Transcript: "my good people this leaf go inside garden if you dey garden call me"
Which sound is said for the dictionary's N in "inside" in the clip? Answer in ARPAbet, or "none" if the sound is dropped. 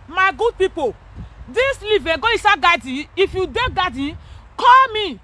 none